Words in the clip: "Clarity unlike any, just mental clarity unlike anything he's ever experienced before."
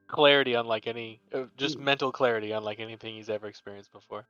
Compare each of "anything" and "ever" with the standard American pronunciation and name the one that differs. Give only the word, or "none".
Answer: none